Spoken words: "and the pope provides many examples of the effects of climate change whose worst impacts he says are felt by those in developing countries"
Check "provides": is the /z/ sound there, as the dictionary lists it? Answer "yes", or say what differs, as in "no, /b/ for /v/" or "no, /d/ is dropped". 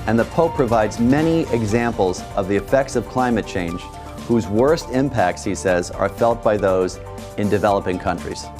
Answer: yes